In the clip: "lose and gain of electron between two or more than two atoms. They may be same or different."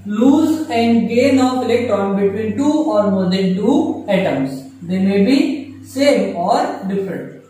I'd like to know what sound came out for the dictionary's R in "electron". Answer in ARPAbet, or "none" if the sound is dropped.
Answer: none